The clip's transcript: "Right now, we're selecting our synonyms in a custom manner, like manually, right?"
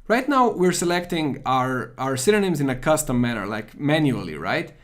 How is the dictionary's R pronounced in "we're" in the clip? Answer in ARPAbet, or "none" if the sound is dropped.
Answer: R